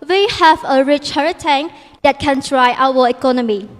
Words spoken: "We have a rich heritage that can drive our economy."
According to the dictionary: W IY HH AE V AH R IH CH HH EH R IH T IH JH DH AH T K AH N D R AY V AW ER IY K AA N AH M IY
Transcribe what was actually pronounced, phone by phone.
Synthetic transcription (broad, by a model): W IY HH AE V AH R IH CH HH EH R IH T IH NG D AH T K AH N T R AY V AW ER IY K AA N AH M IY